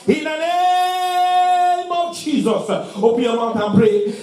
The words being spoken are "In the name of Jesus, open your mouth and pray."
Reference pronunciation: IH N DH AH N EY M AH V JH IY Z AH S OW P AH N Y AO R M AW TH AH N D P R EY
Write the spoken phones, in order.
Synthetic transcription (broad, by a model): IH N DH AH N EY M AH V JH IY Z AH S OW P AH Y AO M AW T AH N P R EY